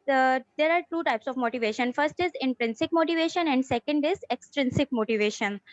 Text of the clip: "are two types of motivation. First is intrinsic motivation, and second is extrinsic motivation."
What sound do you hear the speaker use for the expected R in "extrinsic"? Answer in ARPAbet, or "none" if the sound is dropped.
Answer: R